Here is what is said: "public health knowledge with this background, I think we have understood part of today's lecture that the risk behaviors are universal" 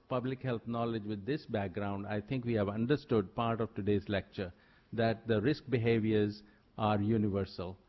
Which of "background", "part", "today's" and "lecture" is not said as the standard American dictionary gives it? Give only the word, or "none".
none